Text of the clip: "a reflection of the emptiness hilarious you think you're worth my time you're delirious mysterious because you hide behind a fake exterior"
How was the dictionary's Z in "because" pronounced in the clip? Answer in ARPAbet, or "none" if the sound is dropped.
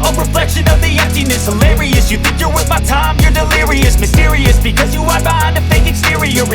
Z